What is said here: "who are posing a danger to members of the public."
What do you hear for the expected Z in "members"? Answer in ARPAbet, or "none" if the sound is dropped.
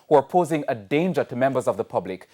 Z